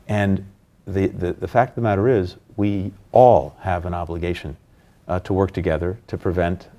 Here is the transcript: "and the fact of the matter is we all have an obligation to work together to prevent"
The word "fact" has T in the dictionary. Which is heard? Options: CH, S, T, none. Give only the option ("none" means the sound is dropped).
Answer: T